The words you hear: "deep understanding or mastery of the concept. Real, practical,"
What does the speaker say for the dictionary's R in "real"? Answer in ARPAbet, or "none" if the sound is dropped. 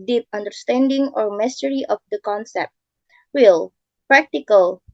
W